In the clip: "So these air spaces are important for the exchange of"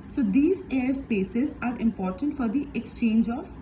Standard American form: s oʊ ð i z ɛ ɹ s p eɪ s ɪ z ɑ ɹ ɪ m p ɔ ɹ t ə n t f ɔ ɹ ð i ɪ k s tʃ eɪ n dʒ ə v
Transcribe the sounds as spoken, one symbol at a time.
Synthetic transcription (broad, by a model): s oʊ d i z ɛ ɹ s p eɪ s ɪ z ɑ ɹ ɪ m p ɔ ɹ t ə n t f ɔ ɹ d i ɪ k s tʃ eɪ n dʒ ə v